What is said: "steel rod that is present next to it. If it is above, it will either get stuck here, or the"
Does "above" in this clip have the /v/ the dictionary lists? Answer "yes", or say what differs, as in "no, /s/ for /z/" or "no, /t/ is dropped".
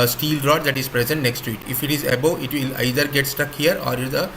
no, /v/ is dropped